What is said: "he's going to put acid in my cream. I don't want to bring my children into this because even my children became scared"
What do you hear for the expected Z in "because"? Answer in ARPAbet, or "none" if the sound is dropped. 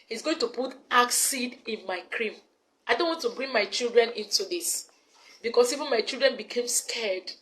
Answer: S